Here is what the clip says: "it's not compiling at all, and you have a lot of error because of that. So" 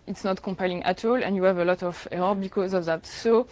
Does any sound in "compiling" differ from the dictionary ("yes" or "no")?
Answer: no